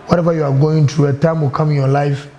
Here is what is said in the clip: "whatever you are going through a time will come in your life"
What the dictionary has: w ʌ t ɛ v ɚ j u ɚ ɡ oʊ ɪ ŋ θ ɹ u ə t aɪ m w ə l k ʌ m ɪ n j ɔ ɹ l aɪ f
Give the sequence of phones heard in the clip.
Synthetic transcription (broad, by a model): w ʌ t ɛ v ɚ j u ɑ ɡ oʊ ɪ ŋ t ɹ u ə t aɪ m w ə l k ʌ m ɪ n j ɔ l aɪ f